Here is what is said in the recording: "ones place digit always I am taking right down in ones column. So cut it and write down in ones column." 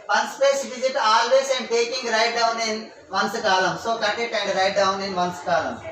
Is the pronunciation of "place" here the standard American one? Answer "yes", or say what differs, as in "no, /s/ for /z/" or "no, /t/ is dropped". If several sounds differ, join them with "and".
no, /l/ is dropped